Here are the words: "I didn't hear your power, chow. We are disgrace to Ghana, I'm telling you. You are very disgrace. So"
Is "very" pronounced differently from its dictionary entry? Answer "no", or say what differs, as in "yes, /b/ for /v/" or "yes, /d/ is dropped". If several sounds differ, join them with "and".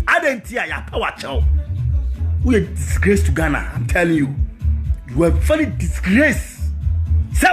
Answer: yes, /l/ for /ɹ/